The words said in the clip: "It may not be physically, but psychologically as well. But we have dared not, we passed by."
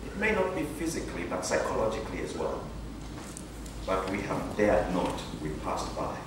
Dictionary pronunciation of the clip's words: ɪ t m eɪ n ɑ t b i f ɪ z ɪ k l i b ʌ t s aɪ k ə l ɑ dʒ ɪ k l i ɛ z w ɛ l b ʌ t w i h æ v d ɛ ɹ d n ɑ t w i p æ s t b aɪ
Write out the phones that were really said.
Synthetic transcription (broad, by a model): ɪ t m eɪ n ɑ t b i f ɪ z ɪ k l i b ʌ t s aɪ k ə l ɑ dʒ ɪ k l i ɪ z w ɛ l b ʌ t w i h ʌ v d ɛ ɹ d n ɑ t w i p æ s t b aɪ